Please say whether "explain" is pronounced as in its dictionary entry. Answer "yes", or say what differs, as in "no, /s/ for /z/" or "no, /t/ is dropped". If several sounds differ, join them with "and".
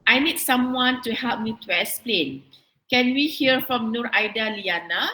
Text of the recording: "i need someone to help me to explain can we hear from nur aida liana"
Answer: no, /k/ is dropped